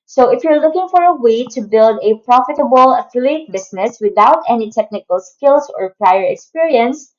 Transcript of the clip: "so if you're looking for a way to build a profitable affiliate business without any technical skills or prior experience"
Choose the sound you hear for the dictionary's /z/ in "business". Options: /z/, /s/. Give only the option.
/s/